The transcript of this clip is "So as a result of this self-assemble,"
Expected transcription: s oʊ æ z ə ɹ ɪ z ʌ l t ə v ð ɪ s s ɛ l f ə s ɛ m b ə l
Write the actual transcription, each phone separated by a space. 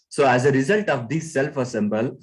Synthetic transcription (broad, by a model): s oʊ æ z ə ɹ ɪ z ʌ l t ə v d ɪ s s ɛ l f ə s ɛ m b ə l